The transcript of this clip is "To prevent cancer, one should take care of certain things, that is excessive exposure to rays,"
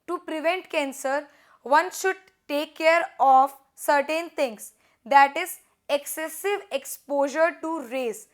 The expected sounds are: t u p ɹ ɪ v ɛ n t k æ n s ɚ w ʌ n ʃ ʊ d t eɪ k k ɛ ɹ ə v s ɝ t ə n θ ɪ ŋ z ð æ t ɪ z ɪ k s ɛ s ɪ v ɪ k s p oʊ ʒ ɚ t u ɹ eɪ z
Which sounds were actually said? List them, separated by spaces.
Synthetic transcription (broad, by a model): t u p ɹ ɪ v ɛ n t k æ n s ɚ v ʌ n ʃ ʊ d t eɪ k k ɛ ɹ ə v s ɝ t ə n t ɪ ŋ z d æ t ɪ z ɪ k s ɛ s ɪ v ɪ k s p oʊ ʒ ɚ t u ɹ eɪ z